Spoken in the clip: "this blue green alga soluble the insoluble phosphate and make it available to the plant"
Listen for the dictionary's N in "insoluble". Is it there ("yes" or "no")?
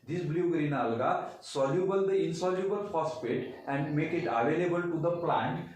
yes